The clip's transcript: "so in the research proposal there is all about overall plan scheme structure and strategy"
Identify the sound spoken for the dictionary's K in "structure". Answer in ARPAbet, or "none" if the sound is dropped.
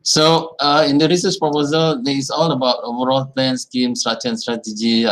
none